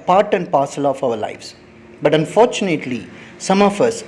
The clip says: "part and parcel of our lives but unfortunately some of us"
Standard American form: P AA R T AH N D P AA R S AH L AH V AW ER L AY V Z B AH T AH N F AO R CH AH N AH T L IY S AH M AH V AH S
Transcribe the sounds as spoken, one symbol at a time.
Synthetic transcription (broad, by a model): P AA R T AH N D P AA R S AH L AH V AW ER L AY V S B AH T AH N F AO R CH AH N AH T L IY S AH M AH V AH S